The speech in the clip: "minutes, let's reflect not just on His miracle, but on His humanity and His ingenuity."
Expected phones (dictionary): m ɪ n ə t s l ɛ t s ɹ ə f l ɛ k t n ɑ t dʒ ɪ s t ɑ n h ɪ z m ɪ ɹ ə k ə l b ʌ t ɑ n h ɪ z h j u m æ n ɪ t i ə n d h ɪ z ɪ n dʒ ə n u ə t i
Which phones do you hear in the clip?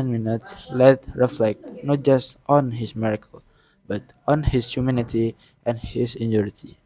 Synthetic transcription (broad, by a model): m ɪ n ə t s l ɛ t ɹ ə f l ɛ k t n ɑ t dʒ ɪ s t ɑ n h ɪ s m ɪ ɹ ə k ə l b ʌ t ɑ n h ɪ s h j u m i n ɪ t i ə n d h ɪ s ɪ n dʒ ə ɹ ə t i